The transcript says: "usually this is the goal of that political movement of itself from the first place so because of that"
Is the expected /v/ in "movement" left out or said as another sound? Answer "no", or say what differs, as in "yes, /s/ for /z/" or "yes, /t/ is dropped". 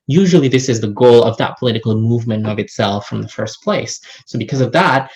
no